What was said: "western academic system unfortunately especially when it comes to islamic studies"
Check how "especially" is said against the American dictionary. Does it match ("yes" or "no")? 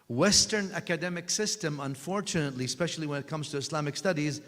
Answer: yes